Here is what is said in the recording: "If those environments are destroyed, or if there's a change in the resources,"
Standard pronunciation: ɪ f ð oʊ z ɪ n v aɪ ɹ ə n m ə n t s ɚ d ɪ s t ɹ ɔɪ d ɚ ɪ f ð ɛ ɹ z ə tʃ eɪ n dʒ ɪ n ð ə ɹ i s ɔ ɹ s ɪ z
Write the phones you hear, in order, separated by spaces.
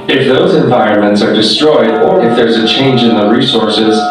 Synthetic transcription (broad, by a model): ɪ f ð oʊ z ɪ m v aɪ ɹ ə n m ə n t s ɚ d ɪ s t ɹ ɔɪ d ɚ ɪ f ð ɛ ɹ z ə tʃ eɪ n dʒ ɪ n ð ə ɹ i s ɔ ɹ s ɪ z